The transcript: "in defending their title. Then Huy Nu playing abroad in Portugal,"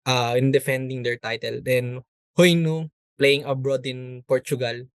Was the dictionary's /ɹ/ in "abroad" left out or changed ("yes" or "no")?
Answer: no